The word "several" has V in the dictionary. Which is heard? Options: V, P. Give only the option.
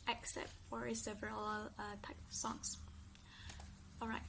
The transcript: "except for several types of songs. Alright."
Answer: V